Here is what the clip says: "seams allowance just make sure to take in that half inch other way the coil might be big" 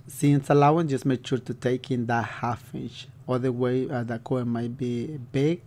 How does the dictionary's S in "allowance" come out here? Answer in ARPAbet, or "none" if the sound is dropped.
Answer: none